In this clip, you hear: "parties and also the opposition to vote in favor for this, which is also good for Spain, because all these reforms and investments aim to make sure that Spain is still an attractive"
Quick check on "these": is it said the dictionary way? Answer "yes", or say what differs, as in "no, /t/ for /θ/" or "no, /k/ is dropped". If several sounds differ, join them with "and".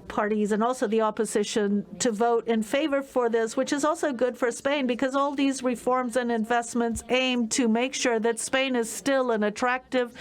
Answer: yes